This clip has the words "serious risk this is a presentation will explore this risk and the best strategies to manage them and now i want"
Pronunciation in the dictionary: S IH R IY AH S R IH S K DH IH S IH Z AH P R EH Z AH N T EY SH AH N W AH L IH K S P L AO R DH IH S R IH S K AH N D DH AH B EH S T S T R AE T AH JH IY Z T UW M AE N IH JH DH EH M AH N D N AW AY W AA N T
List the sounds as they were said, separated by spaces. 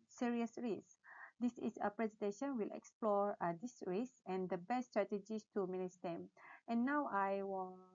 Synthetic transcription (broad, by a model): S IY R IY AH S R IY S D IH S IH S AH P R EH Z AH N T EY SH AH N W AH L IH K S P L AO R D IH S R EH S AH N D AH B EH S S T R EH T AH JH IY S T UW M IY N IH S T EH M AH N N AW AY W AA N